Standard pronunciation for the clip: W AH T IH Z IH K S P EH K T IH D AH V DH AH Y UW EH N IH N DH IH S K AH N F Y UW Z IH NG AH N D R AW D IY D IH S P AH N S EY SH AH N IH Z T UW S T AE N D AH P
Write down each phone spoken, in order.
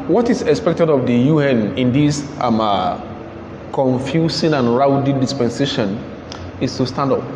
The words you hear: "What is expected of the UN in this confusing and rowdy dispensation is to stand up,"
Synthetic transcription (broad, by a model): W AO T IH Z IH K S P EH K T IH D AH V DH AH Y UW EH N IH N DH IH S K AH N F Y UW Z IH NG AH N R AW D IY D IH S P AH N S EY SH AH N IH S T UW S T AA N D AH P